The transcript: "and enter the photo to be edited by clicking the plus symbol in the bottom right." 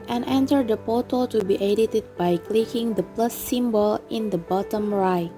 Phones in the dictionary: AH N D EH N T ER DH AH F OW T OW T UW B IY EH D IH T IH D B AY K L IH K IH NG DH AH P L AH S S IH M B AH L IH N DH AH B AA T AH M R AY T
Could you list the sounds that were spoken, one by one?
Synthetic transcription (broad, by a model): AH N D EH N T ER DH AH P OW T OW T UW B IY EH D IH T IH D B AY K L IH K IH NG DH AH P L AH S S IH M B AH L IH N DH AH B AA T AH M R AY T